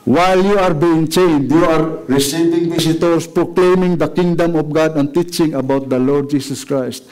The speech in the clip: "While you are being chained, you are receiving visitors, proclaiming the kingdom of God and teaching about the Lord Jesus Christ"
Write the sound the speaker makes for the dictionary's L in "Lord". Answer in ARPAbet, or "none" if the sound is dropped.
L